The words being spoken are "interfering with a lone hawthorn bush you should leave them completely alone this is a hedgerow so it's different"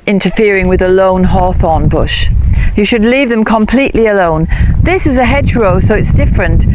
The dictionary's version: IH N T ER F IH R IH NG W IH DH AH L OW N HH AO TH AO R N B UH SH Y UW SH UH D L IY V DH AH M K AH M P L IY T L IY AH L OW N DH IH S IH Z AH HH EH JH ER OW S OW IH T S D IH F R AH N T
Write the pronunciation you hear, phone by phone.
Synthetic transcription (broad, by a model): IH N T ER F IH R IH NG W IH DH AH L OW N HH AO TH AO N B UH SH Y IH SH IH D L IY V DH AH M K AH M P L IY T L IY AH L OW N DH IH S IH Z AH HH EH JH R OW S OW IH T S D IH F R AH N T